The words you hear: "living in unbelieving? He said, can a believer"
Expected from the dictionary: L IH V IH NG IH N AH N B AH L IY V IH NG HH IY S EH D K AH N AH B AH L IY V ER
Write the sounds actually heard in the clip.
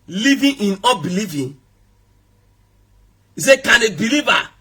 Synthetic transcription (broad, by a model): L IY V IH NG IH N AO B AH L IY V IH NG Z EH K AH N AH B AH L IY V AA